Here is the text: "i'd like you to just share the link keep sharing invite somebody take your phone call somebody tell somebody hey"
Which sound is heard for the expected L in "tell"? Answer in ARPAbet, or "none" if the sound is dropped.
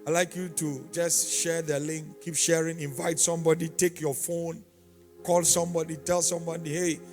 L